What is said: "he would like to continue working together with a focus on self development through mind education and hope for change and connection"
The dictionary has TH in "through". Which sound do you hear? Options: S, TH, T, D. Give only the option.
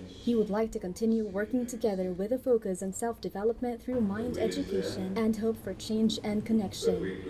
TH